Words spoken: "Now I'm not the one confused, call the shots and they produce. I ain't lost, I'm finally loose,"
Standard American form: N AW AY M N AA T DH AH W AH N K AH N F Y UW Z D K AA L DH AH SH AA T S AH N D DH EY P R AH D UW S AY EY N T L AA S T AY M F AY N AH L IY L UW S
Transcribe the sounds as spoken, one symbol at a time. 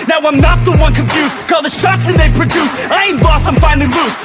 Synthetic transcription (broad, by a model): N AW AY M N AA T DH AH W AH N K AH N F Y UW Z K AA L DH AH SH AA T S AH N DH EY P R AH D UW S AY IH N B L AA S AY M F AY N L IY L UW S